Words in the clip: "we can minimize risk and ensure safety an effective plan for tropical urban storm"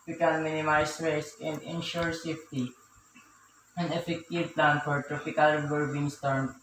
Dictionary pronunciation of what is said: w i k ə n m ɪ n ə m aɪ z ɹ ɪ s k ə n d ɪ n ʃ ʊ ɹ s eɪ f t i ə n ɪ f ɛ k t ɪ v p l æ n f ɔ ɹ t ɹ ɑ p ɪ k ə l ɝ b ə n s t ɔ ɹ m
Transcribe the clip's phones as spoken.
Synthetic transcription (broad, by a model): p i k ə l m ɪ n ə m aɪ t ɹ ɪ s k ə n d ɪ n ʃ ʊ ɹ s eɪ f t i ə n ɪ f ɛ k t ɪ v p l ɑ n f ɔ ɹ t ɹ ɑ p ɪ k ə l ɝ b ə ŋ s t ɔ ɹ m